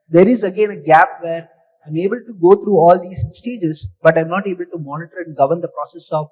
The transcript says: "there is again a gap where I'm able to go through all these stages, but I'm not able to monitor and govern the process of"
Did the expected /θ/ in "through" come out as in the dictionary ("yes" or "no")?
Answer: no